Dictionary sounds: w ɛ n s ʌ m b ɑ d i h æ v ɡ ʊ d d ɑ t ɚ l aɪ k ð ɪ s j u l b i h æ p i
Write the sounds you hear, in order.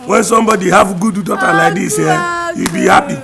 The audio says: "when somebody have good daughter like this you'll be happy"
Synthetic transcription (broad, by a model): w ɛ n s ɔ m b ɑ d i h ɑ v ɡ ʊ d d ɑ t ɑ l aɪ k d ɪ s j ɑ w b i h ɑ p i